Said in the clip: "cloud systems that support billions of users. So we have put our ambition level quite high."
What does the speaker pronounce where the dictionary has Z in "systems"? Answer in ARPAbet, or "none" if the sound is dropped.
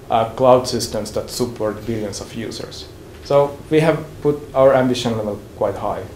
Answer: S